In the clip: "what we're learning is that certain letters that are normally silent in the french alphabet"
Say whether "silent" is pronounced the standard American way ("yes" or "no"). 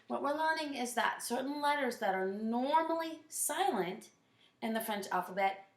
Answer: yes